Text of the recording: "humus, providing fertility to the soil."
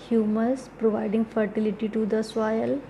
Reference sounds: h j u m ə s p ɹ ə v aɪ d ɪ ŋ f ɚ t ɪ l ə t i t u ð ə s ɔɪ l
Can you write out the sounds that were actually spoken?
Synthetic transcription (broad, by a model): h j u m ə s p ɹ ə v aɪ d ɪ ŋ f ɚ t ɪ l ə t i t u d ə s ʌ l